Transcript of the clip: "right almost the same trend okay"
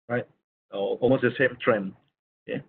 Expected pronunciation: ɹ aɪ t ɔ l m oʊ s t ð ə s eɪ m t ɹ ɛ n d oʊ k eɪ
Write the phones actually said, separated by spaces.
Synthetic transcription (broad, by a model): ɹ aɪ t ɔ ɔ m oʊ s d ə s eɪ m t ɹ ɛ n oʊ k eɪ